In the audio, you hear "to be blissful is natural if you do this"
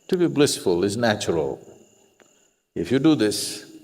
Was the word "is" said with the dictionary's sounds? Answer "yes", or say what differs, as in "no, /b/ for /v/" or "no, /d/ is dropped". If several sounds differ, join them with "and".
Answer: yes